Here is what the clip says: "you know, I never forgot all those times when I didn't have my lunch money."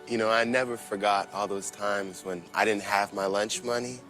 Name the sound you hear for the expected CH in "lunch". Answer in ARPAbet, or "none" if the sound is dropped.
CH